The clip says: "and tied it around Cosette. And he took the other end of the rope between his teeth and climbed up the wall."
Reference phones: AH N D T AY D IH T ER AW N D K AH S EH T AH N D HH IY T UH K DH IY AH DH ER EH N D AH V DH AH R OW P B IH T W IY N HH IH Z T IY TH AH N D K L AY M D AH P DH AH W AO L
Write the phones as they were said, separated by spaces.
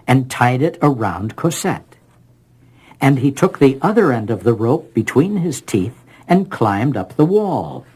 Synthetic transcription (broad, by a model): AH N T AY D IH T ER AW N D K AH S EH T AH N IY T UH K DH IY AH DH ER EH N D AH V DH AH R OW P B IH T W IY N IH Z T IY TH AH N K L AY M D AH P DH AH W AO L